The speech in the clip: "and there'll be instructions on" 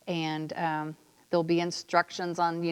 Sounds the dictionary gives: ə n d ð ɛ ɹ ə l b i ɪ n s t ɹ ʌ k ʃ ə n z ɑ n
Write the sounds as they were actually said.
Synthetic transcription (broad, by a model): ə n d ð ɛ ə l b i ɪ n s t ɹ ʌ k ʃ ə n z n